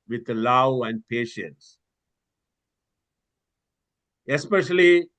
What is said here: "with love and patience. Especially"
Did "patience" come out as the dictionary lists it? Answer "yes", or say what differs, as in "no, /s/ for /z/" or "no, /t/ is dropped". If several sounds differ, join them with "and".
yes